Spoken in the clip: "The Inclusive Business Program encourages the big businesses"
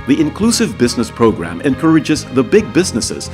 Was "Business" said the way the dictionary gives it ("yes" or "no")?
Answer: yes